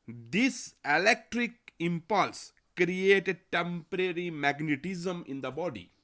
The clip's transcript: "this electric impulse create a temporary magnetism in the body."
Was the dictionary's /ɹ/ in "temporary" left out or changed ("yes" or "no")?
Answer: no